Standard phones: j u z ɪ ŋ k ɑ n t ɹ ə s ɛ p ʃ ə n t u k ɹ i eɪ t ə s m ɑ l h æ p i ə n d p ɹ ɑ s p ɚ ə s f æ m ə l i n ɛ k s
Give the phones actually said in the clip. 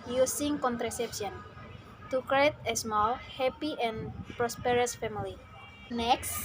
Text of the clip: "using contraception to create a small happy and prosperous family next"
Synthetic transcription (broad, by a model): j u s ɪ ŋ k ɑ n t ɹ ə s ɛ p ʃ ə n t u k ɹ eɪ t ə s m ɑ l h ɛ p i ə n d p ɹ ɑ s p ɚ ə s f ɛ m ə l i n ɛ k s